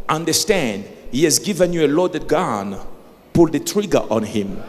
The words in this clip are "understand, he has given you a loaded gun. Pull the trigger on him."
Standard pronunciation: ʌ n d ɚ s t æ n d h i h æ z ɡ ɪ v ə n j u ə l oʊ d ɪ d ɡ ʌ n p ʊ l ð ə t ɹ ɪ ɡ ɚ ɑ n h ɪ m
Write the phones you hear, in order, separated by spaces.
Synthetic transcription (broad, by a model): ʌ n d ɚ s t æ n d h i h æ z ɡ ɪ v ə n j u ə l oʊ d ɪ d ɡ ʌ n p ʊ l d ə t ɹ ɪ ɡ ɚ ɑ n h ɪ m